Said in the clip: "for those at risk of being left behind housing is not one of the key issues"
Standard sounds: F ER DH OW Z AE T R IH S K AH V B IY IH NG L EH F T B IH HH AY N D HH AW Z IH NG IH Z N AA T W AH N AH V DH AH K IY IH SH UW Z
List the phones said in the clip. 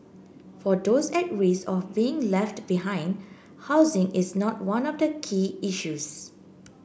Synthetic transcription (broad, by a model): F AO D OW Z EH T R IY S AH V B IY IH NG L EH F T B IH HH AY N D HH AW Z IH NG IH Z N AA T W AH N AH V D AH K IY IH SH UW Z